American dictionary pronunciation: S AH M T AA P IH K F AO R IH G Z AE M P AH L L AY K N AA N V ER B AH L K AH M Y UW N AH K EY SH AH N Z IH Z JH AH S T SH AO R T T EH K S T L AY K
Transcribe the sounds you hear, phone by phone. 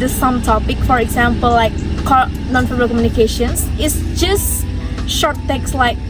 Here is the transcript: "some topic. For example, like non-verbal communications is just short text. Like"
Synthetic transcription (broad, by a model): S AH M T AA P IH K F AO R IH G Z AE M P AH L L AY K N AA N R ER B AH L K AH M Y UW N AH K EY SH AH N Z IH S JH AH S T SH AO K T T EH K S L AY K